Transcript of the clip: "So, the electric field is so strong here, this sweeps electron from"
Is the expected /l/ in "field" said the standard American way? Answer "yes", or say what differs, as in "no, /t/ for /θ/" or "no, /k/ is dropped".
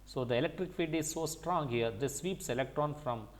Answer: no, /l/ is dropped